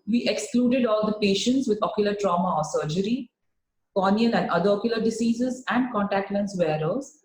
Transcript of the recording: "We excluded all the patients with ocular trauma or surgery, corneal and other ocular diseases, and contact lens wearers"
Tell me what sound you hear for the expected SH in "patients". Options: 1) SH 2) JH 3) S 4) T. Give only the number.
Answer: 1